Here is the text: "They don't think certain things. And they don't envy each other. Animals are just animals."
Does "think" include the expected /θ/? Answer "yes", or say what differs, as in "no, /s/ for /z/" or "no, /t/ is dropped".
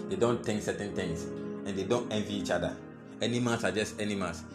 no, /t/ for /θ/